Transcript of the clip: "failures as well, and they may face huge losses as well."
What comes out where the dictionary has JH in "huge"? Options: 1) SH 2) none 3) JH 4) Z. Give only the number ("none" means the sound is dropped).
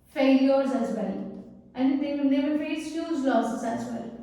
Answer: 4